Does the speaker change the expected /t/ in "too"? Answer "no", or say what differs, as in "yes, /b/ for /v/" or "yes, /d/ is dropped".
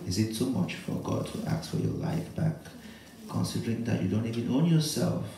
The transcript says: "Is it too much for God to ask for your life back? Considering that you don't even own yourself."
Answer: yes, /s/ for /t/